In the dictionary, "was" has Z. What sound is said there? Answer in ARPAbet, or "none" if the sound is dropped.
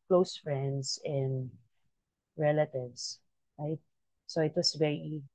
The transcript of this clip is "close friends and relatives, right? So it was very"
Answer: S